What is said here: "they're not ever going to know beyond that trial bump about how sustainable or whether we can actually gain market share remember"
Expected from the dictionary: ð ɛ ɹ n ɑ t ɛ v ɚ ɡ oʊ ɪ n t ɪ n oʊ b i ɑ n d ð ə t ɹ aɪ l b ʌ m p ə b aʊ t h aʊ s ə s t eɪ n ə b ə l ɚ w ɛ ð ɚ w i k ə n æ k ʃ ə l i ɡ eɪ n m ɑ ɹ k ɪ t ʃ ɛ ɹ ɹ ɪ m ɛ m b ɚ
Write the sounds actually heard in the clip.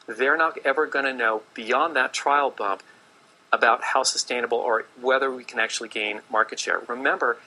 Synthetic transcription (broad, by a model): ð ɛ ɹ n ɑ t ɛ v ɚ ɡ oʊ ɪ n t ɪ n oʊ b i ɑ n ð ə t ɹ aɪ l b ʌ m p ə b aʊ t h aʊ s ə s t eɪ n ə b l ɚ w ɛ ð ɚ w i k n æ k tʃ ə l i ɡ eɪ n m ɑ ɹ k ɪ t ʃ ɛ ɹ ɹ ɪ m ɛ m b ɚ